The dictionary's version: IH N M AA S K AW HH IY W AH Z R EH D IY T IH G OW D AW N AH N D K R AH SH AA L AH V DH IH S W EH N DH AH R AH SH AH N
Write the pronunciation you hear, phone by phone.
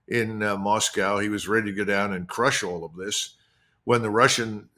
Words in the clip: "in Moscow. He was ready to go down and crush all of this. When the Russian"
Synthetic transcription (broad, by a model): IH N M AA S K AW HH IY W AH Z R EH D IY T IH G OW D AW N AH N K R AH SH AA L AH V DH IH S W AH N DH AH R AH SH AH N